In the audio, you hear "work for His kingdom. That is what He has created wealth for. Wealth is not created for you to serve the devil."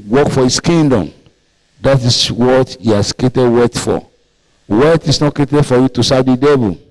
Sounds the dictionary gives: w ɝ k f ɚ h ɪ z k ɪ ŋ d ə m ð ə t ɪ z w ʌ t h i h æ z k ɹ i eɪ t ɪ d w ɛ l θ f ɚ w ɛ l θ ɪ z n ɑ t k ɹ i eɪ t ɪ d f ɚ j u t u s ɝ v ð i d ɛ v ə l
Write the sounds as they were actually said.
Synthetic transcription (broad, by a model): w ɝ k f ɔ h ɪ s k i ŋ d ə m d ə t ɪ s w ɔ t h i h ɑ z k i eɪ t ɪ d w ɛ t f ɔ w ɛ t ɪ s n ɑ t k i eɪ t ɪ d f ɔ j u t u s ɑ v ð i d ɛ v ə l